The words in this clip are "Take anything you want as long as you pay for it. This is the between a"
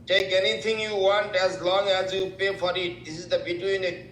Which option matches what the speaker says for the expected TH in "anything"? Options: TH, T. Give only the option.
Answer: T